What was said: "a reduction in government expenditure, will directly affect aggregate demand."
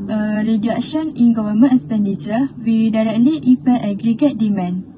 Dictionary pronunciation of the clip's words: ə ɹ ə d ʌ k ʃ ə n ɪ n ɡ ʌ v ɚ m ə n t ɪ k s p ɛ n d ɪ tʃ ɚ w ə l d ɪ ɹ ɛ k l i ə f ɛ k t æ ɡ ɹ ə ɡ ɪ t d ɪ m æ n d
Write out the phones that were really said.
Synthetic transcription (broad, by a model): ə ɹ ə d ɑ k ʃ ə n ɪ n ɡ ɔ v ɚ m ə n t s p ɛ n d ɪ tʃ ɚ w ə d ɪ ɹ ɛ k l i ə p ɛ t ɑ ɡ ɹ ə ɡ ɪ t d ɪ m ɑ n